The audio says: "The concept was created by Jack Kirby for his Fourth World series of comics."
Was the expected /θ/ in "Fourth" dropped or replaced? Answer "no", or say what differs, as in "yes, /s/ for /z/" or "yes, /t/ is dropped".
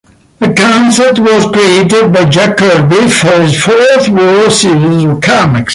no